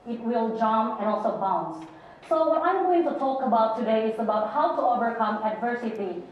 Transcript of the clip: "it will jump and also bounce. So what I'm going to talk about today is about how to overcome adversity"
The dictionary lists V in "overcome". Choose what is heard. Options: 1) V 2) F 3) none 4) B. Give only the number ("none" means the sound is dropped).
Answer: 1